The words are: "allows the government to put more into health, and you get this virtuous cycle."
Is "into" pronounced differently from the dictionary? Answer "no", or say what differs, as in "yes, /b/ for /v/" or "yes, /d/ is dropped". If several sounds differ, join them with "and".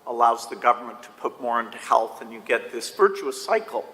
no